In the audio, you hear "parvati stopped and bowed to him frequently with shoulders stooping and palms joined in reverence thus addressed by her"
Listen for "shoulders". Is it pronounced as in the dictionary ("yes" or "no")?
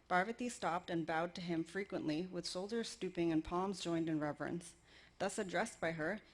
no